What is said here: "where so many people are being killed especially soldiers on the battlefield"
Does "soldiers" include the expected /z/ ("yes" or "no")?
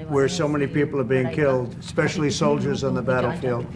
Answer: yes